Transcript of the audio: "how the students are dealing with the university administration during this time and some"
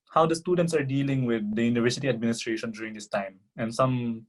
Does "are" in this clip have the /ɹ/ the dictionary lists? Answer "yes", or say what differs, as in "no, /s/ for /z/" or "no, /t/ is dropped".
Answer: yes